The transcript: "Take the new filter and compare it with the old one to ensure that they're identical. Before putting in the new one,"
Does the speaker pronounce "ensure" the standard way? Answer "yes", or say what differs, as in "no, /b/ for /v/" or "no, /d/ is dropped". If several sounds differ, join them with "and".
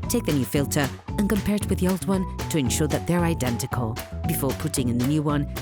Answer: yes